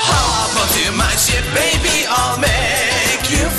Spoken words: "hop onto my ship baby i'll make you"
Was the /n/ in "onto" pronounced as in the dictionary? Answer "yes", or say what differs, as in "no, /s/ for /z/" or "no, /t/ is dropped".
no, /n/ is dropped